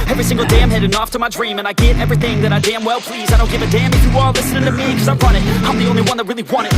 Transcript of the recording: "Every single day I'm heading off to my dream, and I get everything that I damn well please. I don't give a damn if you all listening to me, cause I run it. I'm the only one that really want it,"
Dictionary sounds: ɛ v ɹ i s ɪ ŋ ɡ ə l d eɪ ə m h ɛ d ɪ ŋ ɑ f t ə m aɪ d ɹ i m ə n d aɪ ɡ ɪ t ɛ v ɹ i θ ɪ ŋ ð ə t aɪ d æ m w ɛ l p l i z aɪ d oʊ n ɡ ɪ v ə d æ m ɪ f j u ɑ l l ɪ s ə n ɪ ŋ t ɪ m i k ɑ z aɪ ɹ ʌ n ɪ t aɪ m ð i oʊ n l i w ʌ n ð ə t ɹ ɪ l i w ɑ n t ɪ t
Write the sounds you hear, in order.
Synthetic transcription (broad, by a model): ɛ v ɹ i s ɪ ŋ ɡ l d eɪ ə m h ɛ d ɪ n ɑ f t ə m aɪ d ɹ i m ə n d aɪ ɡ ɪ t ɛ v ɹ i θ ɪ ŋ ð ə t aɪ d æ m w ɛ l p l i z aɪ d oʊ n ɡ ɪ v ə d æ m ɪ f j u ɑ l l ɪ s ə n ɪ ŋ t ɪ m i k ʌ z aɪ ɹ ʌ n ɪ t aɪ m ð i oʊ n l i w ʌ n ð ə t ɹ ɪ l i w ɑ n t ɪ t